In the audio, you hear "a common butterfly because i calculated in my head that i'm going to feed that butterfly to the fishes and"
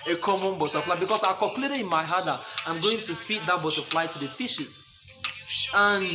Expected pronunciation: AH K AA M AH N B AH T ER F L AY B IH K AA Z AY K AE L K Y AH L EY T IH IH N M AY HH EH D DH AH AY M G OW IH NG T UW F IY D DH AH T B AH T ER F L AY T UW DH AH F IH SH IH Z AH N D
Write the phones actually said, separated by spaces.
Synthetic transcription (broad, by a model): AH K AA M AH N B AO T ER F L AY B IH K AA S AY K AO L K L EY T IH IH N M AY HH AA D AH AY M G OW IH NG T UW F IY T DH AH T B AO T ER F L AY T UW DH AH F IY SH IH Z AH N